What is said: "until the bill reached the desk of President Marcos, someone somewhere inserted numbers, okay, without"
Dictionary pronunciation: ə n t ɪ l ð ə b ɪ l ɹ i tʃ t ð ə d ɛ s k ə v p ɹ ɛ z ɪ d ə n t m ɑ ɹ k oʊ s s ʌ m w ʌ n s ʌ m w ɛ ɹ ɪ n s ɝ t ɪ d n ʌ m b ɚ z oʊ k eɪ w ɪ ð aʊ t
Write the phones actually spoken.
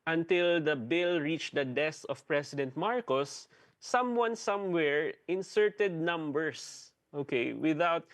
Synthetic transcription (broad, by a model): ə n t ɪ l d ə b ɪ l ɹ i tʃ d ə d ɛ s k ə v p ɹ ɛ s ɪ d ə n t m ɑ ɹ k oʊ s s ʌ m w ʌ n s ʌ m w ɛ ɹ ɪ n s ɝ t ɪ d n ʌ m b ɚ s oʊ k eɪ w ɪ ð aʊ t